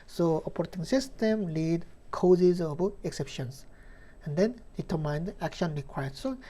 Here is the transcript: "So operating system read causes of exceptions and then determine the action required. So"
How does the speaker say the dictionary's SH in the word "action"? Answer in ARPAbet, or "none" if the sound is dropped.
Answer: SH